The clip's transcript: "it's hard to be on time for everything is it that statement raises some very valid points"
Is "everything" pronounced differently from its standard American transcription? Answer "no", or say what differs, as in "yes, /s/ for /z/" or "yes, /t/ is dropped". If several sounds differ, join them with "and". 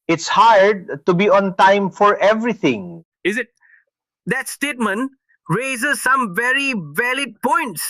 yes, /t/ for /θ/